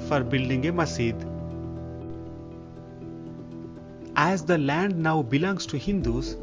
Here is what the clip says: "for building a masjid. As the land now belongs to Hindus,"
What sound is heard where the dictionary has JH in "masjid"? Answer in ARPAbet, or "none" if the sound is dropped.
none